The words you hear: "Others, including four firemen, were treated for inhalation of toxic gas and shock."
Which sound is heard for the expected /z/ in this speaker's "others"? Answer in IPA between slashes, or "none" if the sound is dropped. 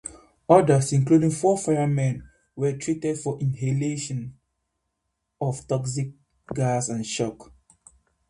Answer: /s/